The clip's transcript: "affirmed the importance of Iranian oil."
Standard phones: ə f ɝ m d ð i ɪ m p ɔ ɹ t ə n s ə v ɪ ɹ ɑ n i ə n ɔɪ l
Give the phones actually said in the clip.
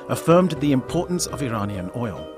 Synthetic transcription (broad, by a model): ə f ɝ m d ð i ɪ m p ɔ ɹ t n s ə v ɪ ɹ ɑ n i ə n ɔɪ l